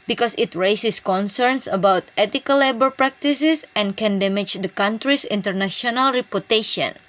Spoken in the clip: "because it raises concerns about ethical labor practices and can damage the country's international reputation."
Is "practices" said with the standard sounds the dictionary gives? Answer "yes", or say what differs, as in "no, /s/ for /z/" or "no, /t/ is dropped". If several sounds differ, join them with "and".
no, /s/ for /z/